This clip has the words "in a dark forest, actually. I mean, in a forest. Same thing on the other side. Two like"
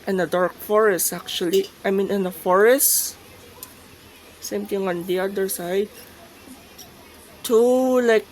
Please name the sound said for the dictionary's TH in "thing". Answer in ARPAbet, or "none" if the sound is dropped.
T